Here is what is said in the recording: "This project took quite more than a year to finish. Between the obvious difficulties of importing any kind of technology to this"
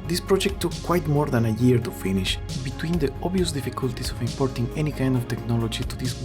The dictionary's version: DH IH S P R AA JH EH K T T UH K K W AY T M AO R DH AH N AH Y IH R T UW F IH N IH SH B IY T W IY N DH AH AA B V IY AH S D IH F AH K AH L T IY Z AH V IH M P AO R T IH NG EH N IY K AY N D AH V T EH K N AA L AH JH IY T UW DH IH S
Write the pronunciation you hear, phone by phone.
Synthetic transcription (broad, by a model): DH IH S P R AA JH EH K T T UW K K W AY T M AO R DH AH N AH Y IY R T UW F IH N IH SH B IY T W IY N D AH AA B IY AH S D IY F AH K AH L T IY S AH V IH M P AO R T IH NG EH N IY K AY N D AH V T EH K N AA L AH JH IY T UW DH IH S